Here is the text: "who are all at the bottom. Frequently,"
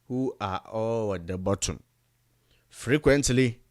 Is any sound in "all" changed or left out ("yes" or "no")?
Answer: yes